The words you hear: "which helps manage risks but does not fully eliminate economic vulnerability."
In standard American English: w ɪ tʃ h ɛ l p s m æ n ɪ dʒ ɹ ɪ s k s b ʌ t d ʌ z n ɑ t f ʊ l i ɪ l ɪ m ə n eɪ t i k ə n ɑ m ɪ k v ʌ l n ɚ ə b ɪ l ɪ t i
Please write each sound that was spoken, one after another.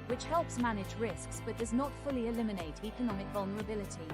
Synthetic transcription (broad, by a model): w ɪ tʃ h ɛ l p s m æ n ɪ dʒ ɹ ɪ s k s b ʌ t d ʌ z n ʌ t f ʊ l i ɪ l ɪ m ə n eɪ t i k ə n ɑ m ɪ k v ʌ l n ɚ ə b ɪ l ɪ t i